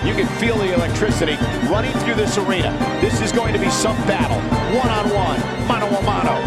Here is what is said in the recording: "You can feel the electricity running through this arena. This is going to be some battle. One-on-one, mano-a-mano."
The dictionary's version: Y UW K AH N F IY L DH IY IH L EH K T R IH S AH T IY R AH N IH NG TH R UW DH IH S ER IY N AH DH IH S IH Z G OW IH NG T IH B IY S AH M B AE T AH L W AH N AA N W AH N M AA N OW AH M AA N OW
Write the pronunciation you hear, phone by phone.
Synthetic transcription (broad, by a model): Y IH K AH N F IY L DH IY IH L EH K T R IH S AH T IY R AH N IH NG TH R UW DH IH S ER IY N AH DH IH S IH Z G OW IH NG T IH B IY S AH M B AE T L W AH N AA N W AH N M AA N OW AH M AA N OW